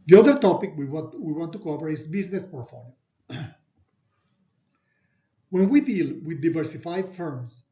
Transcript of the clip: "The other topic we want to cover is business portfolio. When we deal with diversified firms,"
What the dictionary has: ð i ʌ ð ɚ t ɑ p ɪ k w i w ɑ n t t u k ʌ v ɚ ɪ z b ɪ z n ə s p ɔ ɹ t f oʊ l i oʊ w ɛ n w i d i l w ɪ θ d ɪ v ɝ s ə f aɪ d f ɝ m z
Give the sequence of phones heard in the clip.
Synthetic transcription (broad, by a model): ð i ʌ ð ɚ t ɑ p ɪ k w i w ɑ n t t u k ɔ p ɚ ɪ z b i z n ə s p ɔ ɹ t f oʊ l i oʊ w ɛ n w i d i l w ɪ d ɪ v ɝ s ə f aɪ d f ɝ m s